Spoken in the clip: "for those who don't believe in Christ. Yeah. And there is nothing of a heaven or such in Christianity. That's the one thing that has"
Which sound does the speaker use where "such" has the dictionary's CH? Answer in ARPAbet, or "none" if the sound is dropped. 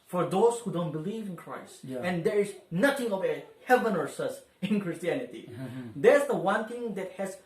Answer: S